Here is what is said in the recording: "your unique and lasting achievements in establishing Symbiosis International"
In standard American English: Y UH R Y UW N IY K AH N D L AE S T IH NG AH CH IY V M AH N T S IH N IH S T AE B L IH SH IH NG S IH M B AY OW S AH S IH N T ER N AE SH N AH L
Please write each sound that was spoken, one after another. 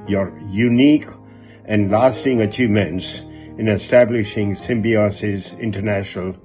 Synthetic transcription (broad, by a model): Y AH R Y UW N IY K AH N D L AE S T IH NG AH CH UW M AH N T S IH N IH S T AE B L IH SH IH NG S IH M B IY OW S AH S IH N T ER N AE SH N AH L